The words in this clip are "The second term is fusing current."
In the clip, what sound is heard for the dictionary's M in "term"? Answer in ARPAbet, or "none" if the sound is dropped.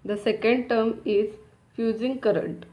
M